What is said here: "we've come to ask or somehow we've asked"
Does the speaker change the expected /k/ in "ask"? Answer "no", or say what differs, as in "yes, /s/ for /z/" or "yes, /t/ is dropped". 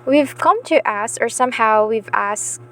yes, /k/ is dropped